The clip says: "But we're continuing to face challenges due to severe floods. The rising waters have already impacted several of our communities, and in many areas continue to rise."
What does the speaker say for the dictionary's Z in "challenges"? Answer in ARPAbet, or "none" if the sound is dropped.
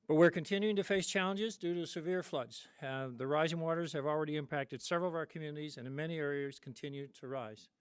Z